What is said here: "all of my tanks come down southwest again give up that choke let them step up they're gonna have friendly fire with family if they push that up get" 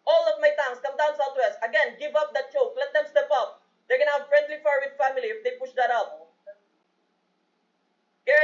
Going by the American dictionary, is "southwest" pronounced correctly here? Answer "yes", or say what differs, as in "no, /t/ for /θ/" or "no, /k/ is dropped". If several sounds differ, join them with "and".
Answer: no, /t/ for /θ/